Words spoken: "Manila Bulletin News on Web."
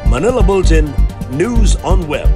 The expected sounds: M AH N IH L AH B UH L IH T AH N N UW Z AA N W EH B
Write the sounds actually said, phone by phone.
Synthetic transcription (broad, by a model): M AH N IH L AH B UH L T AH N N UW Z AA N W EH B